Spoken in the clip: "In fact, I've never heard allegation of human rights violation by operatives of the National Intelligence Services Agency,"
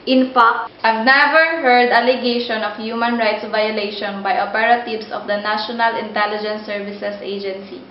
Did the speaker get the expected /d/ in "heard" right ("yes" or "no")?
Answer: yes